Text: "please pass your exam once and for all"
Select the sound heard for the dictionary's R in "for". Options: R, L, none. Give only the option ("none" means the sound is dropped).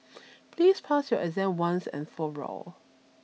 R